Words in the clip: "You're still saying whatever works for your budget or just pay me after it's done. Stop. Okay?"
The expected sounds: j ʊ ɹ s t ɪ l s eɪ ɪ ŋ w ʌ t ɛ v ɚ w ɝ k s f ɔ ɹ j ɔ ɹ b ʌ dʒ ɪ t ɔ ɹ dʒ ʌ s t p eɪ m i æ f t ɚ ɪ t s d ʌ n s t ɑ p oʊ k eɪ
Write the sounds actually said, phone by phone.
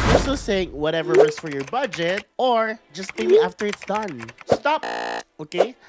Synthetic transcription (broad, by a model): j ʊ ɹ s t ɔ s eɪ ɪ ŋ w ʌ t ɛ v ɚ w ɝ s f ɔ ɹ j ɔ ɹ b ʌ dʒ ɪ t ɔ ɹ dʒ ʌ s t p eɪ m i æ f t ɚ ɪ t s d ʌ n s t ɑ p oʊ k eɪ